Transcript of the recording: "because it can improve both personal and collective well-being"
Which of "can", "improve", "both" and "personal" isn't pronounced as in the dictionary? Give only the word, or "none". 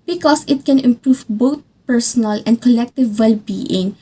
both